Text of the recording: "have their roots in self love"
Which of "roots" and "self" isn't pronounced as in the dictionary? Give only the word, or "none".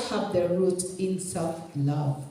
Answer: roots